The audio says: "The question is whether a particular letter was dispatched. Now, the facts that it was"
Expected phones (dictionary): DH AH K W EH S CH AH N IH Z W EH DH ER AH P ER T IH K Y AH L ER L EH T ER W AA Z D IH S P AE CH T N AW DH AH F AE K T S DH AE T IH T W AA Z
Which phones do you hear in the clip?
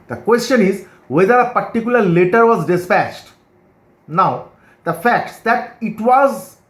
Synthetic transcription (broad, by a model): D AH K W EH S CH AH N IH Z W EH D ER AH P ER T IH K Y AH L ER L EH T ER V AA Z D IH S P AE CH T N AW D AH F AE K T S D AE T IH T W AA Z